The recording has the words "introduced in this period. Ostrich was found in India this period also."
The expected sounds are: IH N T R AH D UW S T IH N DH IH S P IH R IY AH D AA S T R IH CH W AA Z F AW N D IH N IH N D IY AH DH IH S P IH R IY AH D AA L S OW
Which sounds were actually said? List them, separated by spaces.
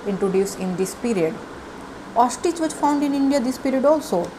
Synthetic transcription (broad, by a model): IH N T R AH D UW S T IH N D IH S P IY R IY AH D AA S T IH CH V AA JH F AW N D IH N IH N D IY AH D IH S P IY R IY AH D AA L S OW